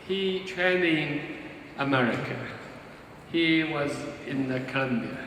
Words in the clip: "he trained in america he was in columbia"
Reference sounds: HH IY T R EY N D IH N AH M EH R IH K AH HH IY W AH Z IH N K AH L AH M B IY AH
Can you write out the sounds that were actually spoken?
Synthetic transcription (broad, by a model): HH IY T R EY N IH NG AH M EH R IH K AH HH IY W AH Z IH N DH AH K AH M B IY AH